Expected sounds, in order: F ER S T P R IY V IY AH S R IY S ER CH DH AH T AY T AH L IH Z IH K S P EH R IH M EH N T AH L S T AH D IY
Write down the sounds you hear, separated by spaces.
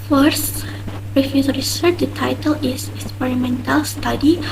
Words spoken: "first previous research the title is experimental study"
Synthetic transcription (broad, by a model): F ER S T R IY F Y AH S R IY S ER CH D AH T AY T AH L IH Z IH K S P EH R IH M EH N T AH L S T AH D IY